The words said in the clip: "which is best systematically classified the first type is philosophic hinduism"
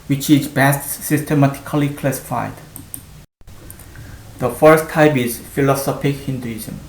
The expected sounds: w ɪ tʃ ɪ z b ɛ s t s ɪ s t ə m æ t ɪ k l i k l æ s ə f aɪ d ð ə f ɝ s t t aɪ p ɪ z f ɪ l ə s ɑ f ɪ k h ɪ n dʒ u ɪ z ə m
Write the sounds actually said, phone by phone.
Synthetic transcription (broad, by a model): w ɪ tʃ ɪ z b ɛ s t s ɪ s t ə m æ t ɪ k l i k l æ s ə f aɪ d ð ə f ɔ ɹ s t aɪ b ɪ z f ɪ l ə s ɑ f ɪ k h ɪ n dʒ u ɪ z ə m